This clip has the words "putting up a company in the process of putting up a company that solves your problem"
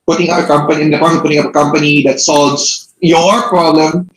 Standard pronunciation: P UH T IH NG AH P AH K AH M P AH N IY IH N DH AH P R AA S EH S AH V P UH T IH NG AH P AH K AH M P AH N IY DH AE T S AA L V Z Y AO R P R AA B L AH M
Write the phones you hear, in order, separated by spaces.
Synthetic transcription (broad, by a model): P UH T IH NG AH P AH K AH M P AH N IY IH N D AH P AA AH P UH T IH NG AH P AH K AH M P AH N IY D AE T S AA L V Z Y AO R P R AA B L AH M